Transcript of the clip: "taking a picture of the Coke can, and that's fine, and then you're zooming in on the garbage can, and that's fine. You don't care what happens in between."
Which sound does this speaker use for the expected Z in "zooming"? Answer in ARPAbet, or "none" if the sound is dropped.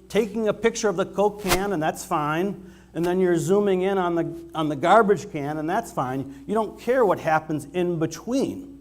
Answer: Z